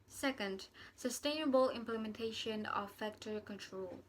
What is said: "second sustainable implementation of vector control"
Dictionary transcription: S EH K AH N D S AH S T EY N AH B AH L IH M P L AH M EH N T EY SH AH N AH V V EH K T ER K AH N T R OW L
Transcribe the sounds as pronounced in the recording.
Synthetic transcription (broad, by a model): S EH K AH N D S AH S T EY N AH B AH L IH M P L AH M EH N T EY SH AH N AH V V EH K T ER K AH N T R OW L